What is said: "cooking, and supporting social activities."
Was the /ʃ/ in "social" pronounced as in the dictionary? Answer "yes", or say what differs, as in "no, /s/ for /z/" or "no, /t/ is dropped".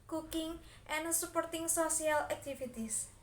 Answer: no, /s/ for /ʃ/